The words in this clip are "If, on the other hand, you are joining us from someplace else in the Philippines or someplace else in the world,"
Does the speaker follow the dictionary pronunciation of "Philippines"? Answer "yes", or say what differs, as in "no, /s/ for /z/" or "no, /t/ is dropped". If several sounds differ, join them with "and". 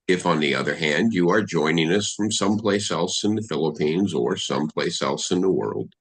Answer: yes